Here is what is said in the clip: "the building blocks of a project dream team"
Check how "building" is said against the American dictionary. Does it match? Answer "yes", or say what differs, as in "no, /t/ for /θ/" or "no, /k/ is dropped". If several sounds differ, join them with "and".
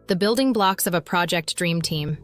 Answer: yes